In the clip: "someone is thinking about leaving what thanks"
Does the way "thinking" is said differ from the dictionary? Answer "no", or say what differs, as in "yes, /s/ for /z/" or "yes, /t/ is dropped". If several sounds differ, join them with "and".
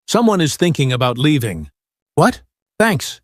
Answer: no